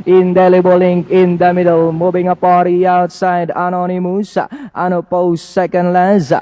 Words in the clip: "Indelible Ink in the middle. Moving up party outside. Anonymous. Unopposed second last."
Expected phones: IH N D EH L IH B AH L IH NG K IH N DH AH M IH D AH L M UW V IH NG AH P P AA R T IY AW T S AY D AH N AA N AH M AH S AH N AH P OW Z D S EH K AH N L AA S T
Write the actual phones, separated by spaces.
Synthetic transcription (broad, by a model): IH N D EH L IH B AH L IH NG K IH N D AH M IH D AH L M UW B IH NG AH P P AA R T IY AW T S AY D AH N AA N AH M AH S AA N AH P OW S EH K AH N L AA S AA